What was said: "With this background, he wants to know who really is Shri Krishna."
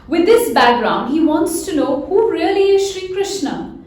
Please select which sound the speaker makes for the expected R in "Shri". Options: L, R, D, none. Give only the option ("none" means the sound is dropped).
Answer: R